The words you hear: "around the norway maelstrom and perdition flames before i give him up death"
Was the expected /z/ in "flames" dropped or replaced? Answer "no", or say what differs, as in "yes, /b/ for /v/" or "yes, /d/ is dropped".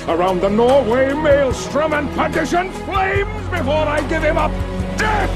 no